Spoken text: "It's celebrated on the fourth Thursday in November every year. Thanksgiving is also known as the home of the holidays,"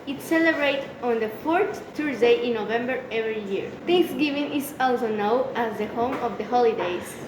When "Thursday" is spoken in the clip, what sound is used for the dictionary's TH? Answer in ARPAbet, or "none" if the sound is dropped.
T